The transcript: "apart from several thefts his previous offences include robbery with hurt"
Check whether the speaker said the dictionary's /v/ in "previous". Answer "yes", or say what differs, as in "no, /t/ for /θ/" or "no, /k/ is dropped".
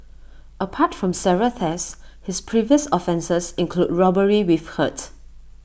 yes